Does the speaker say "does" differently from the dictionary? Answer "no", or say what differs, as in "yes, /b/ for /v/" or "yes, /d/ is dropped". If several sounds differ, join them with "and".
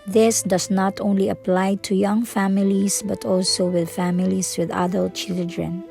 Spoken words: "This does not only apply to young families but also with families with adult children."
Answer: yes, /s/ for /z/